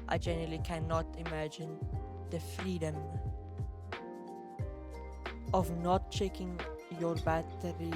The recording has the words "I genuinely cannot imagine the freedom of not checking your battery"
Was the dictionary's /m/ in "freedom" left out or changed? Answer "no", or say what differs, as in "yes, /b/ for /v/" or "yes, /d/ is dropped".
no